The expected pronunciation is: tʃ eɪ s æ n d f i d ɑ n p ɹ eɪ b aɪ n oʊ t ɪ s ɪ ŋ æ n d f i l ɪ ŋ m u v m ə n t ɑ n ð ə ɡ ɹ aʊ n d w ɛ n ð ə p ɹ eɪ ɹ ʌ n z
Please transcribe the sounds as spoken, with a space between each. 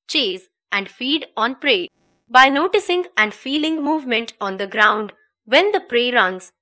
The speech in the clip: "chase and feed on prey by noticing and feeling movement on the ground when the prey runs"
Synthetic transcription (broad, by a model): tʃ eɪ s æ n d f i d ɑ n p ɹ eɪ b aɪ n oʊ t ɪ s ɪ ŋ æ n d f i l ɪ ŋ m u v m ə n t ɑ n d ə ɡ ɹ aʊ n d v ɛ n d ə p ɹ eɪ ɹ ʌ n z